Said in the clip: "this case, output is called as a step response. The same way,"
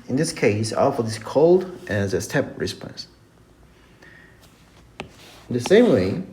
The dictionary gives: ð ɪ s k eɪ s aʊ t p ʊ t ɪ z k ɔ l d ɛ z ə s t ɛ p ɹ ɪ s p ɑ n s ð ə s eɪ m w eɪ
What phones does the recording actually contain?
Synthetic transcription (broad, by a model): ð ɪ s k eɪ s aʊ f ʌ ɪ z k ɔ l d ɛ z ə s t ɛ p ɹ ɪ s p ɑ n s ð ə s eɪ m w eɪ